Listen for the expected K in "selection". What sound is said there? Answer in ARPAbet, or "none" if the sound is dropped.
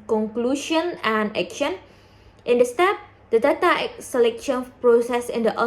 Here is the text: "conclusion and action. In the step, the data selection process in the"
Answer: K